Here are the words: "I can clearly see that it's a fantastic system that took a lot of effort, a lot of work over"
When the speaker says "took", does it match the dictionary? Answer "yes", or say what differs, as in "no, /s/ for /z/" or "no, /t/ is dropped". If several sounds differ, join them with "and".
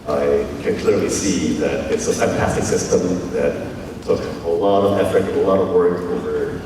no, /s/ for /t/